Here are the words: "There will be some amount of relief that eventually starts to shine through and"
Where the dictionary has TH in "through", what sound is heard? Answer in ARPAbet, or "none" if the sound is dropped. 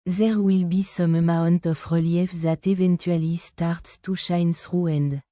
S